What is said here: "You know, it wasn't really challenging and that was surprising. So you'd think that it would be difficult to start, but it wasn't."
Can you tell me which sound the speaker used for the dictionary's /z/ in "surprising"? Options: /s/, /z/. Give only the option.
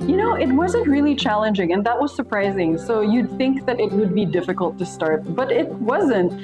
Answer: /z/